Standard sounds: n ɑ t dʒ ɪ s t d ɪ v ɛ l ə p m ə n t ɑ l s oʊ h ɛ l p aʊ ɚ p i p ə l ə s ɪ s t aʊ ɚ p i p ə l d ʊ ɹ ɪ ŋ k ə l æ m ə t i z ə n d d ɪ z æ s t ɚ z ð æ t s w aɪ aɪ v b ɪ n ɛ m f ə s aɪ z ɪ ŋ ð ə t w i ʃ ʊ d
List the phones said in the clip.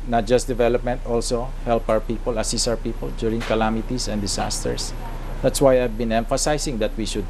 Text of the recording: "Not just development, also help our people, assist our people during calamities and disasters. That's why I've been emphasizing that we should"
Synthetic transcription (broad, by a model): n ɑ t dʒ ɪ s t d ɪ v ɛ l ə p m ə n t ɑ l s oʊ h ɛ l p aʊ ɚ p i p ə l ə s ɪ s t aʊ ɚ p i p ə l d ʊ ɹ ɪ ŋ k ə l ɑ m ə t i s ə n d d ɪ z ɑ s t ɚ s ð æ t s w aɪ aɪ v b ɪ n ɛ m f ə s aɪ s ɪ ŋ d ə t w i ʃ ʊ d